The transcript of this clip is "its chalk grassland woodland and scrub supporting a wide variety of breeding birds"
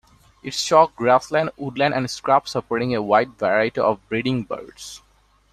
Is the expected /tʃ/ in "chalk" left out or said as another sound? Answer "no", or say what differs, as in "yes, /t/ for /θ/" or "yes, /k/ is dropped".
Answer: yes, /ʃ/ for /tʃ/